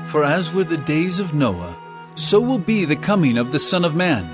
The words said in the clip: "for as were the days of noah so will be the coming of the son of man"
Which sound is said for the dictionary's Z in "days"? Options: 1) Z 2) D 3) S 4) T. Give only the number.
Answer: 1